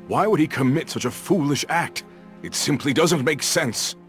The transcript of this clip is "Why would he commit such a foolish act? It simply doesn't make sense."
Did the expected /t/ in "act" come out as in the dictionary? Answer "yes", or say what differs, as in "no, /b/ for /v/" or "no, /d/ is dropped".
yes